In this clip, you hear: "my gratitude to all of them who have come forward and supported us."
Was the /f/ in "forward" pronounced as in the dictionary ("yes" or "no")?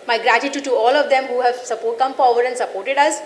no